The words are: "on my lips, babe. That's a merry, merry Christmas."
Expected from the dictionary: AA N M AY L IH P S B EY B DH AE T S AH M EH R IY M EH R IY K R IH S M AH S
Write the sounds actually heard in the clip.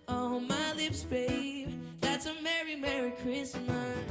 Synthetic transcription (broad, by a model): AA M AY L IH P S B EY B DH AE T S AH M EH R IY M EH R IY K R IH S M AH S